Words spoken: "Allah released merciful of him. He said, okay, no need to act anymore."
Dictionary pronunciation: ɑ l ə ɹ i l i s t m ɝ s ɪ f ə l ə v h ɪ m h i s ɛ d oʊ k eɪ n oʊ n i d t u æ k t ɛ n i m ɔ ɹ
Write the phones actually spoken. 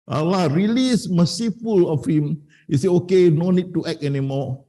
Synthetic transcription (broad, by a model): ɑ l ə ɹ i l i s m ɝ s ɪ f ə l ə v h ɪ m h i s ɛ oʊ k eɪ n oʊ n i d t u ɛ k ɛ n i m ɔ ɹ